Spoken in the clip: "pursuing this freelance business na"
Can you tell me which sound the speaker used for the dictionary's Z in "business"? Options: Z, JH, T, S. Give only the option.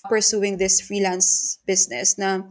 S